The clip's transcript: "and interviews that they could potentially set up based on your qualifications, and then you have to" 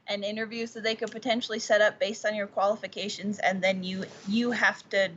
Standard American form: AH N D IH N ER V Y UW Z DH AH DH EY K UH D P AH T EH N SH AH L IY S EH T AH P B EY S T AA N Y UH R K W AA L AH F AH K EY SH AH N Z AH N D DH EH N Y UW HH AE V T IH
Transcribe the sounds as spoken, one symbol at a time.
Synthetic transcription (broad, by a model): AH N IH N ER V Y UW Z DH AH DH EY K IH D P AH T EH N SH L IY S EH T AH P B EY S T N Y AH R K W AA L AH F AH K EY SH AH N Z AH N DH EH N Y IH HH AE F T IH